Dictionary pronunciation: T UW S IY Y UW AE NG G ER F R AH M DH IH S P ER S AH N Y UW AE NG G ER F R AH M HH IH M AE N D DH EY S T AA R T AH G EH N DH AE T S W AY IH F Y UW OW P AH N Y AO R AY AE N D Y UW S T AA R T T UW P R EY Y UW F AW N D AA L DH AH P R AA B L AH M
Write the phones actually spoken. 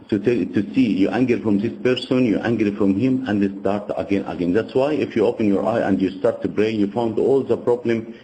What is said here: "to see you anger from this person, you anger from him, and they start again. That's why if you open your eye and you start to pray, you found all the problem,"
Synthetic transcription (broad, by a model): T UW S IY Y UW AE NG G ER F R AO M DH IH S P ER S AH N Y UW AE NG G ER F R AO M HH IH M AE N D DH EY S T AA R T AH G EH N DH AE T S W AY IH F Y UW OW P AH N Y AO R AY AE N D Y UW S T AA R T T UW B R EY Y UW F AW N D AA L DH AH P R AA B L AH M